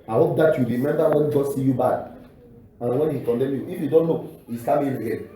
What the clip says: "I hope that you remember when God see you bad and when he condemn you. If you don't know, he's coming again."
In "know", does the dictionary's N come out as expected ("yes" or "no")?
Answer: no